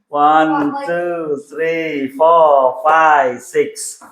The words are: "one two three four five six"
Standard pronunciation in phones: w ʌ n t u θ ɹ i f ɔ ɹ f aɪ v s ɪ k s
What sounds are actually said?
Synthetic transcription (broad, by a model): w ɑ n t u t ɹ i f ɔ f aɪ s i k s